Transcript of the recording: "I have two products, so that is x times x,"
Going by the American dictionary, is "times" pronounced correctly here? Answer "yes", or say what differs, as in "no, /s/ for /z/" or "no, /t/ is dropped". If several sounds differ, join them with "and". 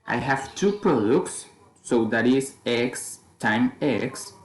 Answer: no, /z/ is dropped